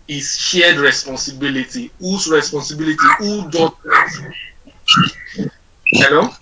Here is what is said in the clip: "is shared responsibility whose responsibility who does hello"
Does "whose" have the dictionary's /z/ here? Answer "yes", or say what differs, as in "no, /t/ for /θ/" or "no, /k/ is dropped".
no, /s/ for /z/